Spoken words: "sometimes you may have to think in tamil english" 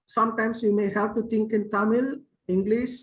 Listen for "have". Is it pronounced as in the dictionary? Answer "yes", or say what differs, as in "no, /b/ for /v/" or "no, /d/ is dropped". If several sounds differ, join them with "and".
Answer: no, /p/ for /v/